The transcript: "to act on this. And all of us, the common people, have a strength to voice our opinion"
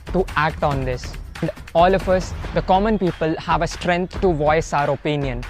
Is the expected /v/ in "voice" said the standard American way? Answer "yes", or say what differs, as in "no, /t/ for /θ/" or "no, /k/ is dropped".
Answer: yes